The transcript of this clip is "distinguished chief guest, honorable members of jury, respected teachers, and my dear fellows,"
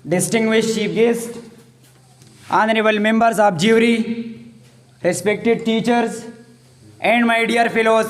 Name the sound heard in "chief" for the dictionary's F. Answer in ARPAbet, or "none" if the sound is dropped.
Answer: P